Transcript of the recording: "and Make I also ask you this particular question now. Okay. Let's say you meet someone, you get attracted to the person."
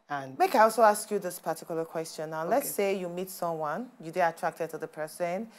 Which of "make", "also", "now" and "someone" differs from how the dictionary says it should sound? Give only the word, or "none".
none